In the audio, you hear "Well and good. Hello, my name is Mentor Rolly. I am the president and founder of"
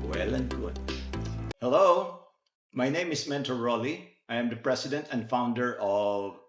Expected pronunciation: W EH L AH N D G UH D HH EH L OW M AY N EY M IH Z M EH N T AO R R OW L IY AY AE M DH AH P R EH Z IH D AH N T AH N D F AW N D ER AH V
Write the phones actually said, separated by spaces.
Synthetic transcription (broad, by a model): W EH L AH N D G UH D HH EH L OW M AY N EY M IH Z M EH N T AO L R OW L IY AY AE M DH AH P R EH S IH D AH N T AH N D F AW N D ER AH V